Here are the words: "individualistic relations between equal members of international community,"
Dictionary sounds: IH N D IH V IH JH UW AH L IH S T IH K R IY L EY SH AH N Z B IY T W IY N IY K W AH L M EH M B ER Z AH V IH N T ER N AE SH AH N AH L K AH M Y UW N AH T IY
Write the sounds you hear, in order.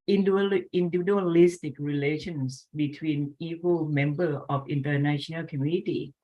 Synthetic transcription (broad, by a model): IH N D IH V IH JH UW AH L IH S T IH K R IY L EY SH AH N S B IY T W IY N IY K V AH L M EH M B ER AH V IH N T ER N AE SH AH N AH L K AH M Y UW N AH T IY